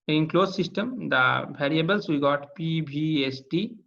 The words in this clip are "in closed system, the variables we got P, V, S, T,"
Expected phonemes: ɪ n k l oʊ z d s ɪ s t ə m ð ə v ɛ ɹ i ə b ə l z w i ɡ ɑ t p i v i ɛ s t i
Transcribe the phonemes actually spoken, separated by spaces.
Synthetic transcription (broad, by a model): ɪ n k l oʊ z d s ɪ s t ə m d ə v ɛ ɹ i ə b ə l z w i ɡ ɑ t p i b i ɛ s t i